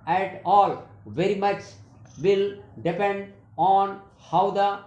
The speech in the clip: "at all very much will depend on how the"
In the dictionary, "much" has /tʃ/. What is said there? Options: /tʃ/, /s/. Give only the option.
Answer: /tʃ/